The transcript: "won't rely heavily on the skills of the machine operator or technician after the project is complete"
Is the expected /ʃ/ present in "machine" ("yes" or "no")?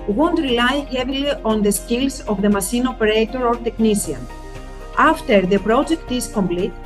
no